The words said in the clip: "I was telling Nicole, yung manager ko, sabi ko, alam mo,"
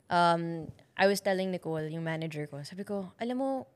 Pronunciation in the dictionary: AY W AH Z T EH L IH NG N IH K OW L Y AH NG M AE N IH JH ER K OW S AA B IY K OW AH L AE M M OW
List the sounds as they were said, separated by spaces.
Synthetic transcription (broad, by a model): AY W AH S T EH L IH NG N IH K OW L Y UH NG M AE N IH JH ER K OW S AA B IY K OW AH L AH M M OW